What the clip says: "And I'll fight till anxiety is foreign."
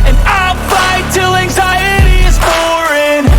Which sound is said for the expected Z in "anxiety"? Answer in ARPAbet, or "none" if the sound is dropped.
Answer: Z